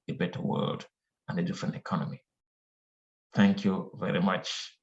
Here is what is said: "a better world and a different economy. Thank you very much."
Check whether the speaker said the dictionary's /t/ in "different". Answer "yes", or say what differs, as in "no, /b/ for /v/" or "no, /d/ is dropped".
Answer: yes